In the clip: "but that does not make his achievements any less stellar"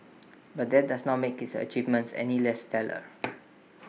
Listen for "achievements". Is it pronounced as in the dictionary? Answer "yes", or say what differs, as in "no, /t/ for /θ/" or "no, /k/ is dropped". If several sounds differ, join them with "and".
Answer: yes